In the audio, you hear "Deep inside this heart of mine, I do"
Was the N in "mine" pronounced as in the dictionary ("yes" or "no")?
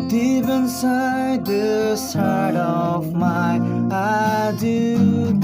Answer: no